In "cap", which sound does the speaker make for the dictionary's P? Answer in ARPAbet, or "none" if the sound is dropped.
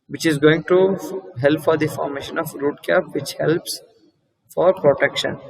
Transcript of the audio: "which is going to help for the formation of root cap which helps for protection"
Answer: P